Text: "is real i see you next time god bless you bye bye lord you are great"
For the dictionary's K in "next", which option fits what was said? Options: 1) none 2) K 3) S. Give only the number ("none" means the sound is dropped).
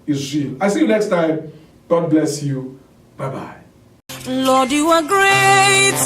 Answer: 2